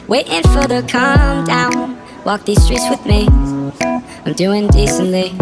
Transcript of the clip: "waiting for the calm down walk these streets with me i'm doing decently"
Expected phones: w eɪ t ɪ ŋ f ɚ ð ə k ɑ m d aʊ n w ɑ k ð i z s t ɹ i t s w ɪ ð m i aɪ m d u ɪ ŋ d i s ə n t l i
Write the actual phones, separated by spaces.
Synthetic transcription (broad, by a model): w eɪ t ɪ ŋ f ɚ ð ə k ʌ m d aʊ n w ɑ k ð i z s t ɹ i t s w ɪ ð m i aɪ m d u ɪ ŋ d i s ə n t l i